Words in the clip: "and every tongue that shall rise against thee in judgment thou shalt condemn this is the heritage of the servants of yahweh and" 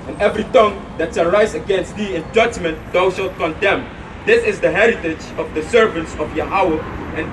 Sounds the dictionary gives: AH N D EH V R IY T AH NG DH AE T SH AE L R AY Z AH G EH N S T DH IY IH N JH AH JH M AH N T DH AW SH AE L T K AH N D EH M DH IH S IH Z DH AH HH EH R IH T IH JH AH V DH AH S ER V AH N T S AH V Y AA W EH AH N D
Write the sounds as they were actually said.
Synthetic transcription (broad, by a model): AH N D EH V R IY T AH NG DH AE T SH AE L R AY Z AH G EH N S T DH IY IH N JH AH JH M AH N T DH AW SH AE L K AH N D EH M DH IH S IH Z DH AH HH EH R IH T IH JH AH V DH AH S ER V AH N T S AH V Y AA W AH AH N